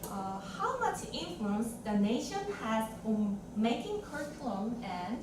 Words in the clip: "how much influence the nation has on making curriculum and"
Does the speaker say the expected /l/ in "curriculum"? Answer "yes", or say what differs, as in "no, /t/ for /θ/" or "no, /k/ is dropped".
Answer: no, /l/ is dropped